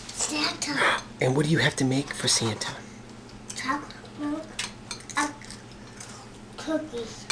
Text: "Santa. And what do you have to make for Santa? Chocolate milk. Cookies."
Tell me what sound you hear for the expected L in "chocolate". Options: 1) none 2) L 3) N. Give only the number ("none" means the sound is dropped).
1